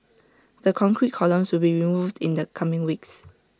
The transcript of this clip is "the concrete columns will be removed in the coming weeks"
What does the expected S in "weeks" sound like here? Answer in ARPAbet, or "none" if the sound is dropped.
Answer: S